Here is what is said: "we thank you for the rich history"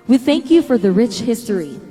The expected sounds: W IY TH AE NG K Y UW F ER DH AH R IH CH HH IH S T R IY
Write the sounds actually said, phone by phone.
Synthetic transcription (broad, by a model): W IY TH AE NG K Y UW F ER DH AH R IH CH HH IH S T R IY